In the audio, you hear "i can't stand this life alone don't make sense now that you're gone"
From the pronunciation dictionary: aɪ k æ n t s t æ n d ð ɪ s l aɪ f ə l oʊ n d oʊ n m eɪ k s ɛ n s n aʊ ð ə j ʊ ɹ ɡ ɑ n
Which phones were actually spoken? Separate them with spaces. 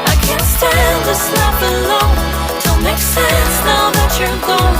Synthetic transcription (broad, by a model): aɪ k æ n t s t æ n d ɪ s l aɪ p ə l oʊ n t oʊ l m eɪ k s ɛ n s n aʊ ð ə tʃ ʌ ɹ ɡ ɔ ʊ